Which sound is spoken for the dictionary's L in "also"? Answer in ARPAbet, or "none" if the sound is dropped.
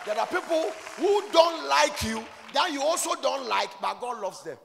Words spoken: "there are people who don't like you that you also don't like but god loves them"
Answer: L